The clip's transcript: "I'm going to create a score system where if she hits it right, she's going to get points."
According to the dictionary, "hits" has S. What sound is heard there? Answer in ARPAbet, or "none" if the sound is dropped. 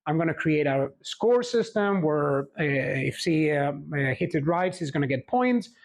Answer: none